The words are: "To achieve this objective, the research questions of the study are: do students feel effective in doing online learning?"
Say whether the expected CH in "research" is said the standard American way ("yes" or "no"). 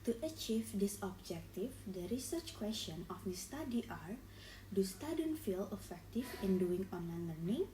yes